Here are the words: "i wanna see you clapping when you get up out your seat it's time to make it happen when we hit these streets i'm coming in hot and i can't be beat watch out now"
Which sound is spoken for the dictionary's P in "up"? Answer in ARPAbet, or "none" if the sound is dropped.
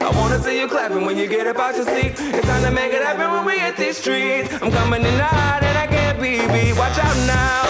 B